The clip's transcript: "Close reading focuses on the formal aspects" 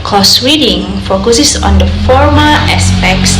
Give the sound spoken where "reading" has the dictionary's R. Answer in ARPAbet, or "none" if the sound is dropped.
W